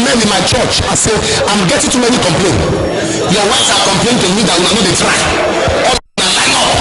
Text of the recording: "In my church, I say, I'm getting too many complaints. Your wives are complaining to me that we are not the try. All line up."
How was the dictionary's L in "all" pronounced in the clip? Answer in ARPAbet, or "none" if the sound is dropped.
N